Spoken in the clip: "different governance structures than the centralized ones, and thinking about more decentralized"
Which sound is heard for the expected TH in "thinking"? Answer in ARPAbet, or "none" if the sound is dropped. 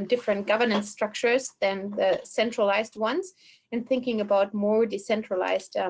TH